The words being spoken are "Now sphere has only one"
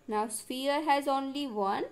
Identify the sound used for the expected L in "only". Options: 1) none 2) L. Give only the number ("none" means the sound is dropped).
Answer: 2